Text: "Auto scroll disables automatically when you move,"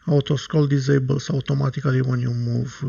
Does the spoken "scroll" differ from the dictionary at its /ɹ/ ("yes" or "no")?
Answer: yes